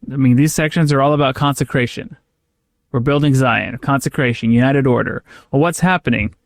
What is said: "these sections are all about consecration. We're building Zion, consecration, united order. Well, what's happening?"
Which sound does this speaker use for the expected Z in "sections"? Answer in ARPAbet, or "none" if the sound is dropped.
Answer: Z